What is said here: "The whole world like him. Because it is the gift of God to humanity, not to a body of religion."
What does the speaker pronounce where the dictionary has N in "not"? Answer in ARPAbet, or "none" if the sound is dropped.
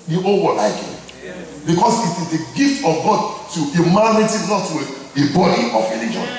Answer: L